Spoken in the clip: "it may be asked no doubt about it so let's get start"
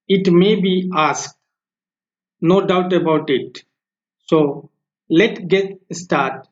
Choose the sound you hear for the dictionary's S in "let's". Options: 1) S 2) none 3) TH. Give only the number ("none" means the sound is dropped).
2